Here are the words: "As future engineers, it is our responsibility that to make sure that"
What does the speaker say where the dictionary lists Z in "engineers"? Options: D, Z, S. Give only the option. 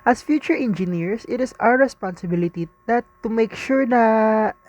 S